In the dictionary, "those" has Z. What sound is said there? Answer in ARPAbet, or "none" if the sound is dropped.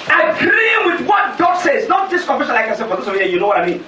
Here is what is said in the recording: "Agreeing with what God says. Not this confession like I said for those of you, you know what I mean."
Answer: S